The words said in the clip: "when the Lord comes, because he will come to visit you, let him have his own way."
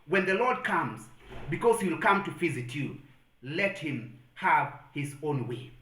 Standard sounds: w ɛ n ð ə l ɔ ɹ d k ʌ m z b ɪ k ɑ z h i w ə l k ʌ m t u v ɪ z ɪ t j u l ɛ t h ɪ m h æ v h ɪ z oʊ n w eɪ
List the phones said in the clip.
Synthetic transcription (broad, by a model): w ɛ n ð ə l ɔ ɹ d k ʌ m z b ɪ k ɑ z h i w l k ʌ m t u f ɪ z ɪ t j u l ɛ t h ɪ m h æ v h ɪ z oʊ n w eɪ